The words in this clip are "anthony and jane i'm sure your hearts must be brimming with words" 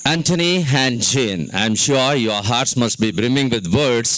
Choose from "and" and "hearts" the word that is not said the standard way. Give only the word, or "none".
none